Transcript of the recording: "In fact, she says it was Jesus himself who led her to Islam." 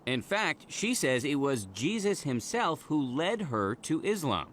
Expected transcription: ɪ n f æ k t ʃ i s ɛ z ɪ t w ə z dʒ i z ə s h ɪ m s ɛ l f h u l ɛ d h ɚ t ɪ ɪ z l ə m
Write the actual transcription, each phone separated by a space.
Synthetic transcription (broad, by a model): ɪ n f æ k t ʃ i s ɛ z ɪ t w ə z dʒ i z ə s h ɪ m s ɛ l f h u l ɛ d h ɚ t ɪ ɪ z l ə m